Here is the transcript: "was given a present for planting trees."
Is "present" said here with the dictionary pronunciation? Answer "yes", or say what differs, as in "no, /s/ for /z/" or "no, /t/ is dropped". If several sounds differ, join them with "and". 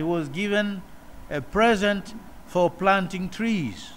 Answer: yes